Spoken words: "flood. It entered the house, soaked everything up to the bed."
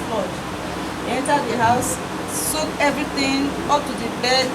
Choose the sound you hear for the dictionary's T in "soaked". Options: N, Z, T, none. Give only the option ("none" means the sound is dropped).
none